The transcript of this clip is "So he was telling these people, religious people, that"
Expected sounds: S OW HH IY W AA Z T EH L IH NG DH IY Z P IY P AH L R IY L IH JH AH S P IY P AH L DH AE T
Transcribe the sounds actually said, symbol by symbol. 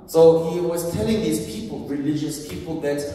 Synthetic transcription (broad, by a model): S OW HH IY W AA Z T EH L IH NG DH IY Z P IY P AH L R IY L IH JH AH S P IY P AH L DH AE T